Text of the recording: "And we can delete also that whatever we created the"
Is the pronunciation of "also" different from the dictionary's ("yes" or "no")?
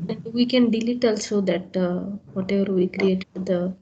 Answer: no